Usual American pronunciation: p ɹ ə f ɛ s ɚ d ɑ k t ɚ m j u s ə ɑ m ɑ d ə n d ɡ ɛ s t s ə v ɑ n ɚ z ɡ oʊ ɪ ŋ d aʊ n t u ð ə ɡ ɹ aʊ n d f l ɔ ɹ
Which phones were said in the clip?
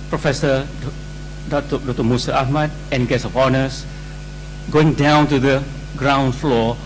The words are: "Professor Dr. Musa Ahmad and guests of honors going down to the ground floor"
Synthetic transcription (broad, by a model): p ɹ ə f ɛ s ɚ d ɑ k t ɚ m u s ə ɑ m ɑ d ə n ɡ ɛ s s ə p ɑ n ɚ s ɡ oʊ ɪ ŋ d aʊ n t u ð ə ɡ ɹ aʊ n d f l ɔ